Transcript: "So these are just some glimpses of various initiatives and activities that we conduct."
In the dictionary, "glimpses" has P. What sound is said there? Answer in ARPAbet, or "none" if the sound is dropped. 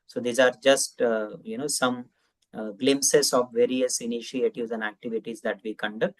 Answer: none